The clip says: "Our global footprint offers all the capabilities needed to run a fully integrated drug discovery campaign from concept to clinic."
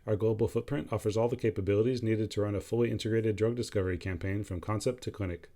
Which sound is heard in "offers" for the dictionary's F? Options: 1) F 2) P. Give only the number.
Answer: 1